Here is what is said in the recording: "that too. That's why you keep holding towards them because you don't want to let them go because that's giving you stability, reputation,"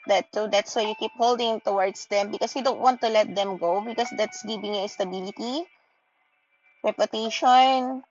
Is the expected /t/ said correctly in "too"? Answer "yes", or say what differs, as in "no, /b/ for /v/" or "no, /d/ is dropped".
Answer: no, /s/ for /t/